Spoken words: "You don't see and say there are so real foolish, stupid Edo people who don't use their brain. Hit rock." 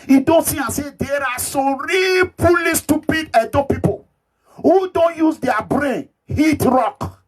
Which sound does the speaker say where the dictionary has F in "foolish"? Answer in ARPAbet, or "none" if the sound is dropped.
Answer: P